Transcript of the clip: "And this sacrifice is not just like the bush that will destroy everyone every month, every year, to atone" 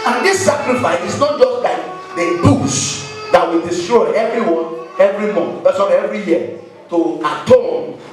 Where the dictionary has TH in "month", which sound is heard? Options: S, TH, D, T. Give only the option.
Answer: S